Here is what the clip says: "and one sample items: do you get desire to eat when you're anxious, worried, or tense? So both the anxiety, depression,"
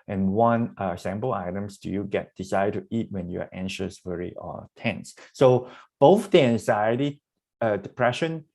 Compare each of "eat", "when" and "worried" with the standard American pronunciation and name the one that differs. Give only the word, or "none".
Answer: worried